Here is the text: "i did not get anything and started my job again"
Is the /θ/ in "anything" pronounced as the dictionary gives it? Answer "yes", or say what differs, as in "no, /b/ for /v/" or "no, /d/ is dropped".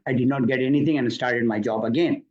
no, /t/ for /θ/